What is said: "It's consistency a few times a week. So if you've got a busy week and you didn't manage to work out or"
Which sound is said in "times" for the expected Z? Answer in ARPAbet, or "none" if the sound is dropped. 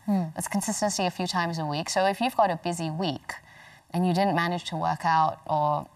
Z